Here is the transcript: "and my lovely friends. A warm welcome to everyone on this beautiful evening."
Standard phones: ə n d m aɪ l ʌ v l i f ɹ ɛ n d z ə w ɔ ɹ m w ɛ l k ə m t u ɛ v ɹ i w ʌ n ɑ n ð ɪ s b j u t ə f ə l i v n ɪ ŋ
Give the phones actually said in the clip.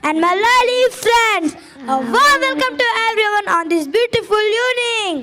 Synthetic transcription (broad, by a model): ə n d m aɪ l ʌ l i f ɹ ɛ n d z ə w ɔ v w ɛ l k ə m t u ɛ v ɹ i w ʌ n ɑ n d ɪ s b j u t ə f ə l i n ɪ ŋ